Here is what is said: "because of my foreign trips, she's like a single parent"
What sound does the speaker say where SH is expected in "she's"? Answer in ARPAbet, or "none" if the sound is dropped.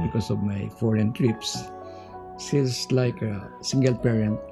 S